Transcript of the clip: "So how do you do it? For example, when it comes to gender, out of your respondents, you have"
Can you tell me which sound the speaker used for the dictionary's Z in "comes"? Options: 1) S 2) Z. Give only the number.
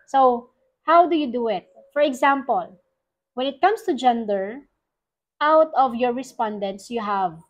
1